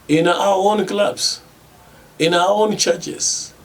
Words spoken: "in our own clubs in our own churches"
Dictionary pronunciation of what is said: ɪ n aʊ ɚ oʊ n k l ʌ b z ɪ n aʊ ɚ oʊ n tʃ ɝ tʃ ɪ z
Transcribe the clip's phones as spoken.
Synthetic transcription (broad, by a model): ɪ n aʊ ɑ oʊ n k l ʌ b s ɪ n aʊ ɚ oʊ n tʃ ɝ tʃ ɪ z